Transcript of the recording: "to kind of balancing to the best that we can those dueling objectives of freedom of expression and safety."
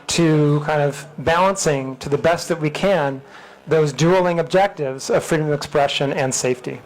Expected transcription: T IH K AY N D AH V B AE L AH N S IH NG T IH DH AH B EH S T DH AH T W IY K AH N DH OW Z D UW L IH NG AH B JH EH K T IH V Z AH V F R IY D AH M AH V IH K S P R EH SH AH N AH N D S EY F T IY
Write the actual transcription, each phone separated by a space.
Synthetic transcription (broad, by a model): T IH K AY N D AH V B AE L AH N S IH NG T IH DH AH B EH S T DH AH T W IY K AH N DH OW Z D UW L IH NG AH B JH EH K T IH V Z AH V F R IY D AH M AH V IH K S P R EH SH AH N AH N S EY F T IY